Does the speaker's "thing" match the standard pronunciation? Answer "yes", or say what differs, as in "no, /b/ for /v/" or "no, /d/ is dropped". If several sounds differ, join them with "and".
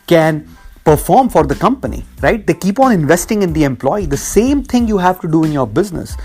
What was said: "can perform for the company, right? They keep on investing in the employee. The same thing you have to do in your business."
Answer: no, /t/ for /θ/